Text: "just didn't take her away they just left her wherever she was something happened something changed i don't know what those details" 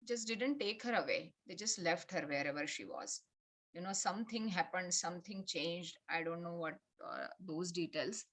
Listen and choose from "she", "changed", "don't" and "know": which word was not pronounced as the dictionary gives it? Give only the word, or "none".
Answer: none